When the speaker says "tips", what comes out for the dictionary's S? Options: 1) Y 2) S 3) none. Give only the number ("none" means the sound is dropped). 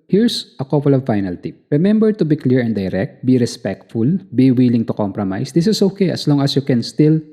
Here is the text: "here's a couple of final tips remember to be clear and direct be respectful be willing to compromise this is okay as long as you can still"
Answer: 3